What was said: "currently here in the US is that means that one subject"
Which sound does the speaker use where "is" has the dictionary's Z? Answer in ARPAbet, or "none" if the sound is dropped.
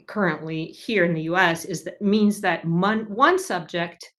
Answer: Z